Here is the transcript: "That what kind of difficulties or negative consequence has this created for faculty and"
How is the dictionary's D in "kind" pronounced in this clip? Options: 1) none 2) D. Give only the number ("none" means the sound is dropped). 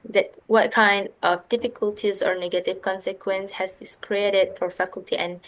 2